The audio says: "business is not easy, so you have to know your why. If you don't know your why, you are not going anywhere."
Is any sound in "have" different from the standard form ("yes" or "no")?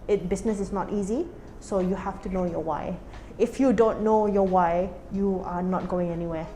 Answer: yes